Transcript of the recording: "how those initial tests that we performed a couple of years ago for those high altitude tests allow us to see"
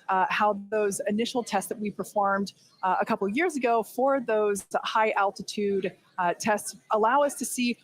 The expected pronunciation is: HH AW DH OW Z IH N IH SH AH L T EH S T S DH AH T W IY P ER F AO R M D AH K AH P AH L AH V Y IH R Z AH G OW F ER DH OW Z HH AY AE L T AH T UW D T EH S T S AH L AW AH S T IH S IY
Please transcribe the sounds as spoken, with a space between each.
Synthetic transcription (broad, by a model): HH AW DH OW Z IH N IH SH L T EH S T S DH AH T W IY P ER F AO R M D AH K AH P L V Y IH R Z AH G OW F ER DH OW Z HH AY AE L T AH T UW D T EH S T S AH L AW AH S T IH S IY